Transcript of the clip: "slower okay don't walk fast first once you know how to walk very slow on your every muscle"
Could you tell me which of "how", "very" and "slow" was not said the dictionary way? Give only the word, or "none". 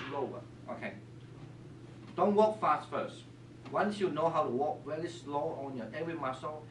very